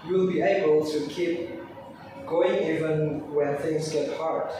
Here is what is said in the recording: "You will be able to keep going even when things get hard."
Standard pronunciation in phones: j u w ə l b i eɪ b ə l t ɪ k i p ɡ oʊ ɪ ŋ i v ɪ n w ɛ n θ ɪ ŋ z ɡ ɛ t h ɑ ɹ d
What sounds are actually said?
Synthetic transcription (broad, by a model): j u l b i eɪ b ə l t ɪ k i p ɡ oʊ ɪ ŋ i v ɪ n w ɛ n θ ɪ ŋ z ɡ ɛ t h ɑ ɹ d